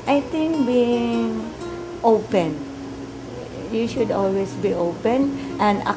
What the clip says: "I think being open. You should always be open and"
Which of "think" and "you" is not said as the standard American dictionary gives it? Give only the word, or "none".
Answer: think